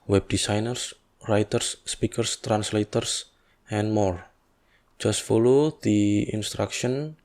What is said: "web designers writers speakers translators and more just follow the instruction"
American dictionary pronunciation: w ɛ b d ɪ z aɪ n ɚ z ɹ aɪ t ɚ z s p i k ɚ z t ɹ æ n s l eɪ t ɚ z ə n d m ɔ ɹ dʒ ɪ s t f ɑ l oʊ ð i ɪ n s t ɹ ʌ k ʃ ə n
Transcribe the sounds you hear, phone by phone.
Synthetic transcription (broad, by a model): w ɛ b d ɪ s aɪ n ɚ s ɹ aɪ t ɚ s p i k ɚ s t ɹ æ n s l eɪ t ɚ s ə n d m ɔ ɹ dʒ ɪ s t f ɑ l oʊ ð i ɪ n s t ɹ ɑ k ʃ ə n